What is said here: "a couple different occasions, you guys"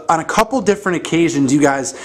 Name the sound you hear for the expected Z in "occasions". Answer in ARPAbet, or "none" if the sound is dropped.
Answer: Z